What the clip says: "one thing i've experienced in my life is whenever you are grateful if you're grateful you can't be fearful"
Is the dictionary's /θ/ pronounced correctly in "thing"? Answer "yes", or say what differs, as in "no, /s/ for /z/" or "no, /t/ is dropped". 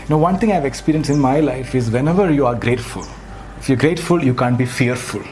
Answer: no, /t/ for /θ/